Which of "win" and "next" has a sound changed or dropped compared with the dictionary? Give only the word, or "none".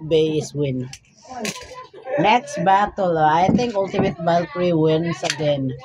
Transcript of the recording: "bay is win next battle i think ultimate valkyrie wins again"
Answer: none